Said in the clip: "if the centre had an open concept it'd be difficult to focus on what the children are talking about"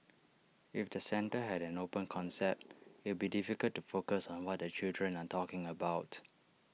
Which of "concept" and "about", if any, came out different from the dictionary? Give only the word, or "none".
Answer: none